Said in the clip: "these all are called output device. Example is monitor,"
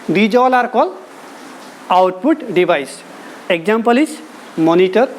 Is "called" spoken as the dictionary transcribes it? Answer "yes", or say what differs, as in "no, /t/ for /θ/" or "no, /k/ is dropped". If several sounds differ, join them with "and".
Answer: no, /d/ is dropped